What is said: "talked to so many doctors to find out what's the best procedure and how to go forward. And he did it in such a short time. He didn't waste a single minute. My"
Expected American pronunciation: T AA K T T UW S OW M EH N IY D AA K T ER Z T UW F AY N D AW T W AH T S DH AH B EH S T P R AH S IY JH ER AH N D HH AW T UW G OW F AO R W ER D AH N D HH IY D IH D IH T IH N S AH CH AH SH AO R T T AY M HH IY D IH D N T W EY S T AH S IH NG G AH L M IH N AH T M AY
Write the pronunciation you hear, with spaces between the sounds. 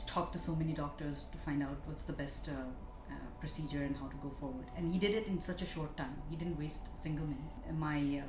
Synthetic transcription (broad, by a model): T AA K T T UW S OW M EH N IY D AA K T ER Z T UW F AY N D AW T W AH T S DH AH B EH S T P R AH S IY JH ER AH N HH AW T UW G OW F AO R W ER D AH N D HH IY D IH D IH T IH N S AH CH AH SH AO R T T AY M HH IY D IH D N T W EY S T S IH NG G AH L M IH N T M AY